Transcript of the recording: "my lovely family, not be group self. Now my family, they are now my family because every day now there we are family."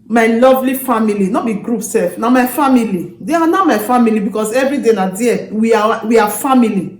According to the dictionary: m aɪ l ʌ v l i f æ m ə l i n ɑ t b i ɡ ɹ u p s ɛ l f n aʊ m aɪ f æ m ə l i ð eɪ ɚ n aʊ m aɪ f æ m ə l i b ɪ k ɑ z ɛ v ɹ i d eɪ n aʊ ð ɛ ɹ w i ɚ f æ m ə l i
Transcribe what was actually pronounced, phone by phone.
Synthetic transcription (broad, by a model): m aɪ l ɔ v l i f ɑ m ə l i n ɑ b i ɡ ɹ u p s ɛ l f n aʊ m aɪ f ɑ m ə l i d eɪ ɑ n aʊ m aɪ f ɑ m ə l i b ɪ k ɑ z ɛ v ɹ i d eɪ n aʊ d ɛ w w i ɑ f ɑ m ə l i